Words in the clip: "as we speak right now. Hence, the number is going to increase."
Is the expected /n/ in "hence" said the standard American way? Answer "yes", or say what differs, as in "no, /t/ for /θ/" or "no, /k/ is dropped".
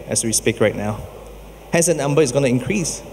no, /n/ is dropped